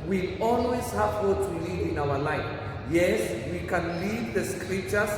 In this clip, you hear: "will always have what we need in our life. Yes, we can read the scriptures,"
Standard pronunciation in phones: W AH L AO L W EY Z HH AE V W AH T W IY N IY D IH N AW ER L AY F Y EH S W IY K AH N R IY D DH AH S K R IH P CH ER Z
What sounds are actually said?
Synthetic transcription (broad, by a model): W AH AO L W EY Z HH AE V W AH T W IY L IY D IH N AW ER L AY F Y EH S W IY K AH N L IY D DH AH S K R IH P CH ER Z